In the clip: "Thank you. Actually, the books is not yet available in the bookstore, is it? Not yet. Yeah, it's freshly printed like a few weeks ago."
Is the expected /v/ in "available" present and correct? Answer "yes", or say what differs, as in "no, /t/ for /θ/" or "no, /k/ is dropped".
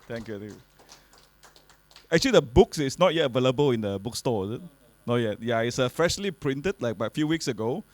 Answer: yes